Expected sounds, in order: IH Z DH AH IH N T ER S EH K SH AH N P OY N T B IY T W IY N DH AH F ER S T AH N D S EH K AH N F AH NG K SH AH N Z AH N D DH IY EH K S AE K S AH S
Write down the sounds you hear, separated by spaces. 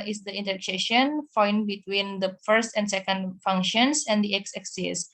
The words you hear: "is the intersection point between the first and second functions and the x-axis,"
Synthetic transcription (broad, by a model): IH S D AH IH N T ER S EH SH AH N F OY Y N B IY T W IY N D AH F ER S T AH N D S EH K AH N F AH NG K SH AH N S AH N D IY EH K S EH K S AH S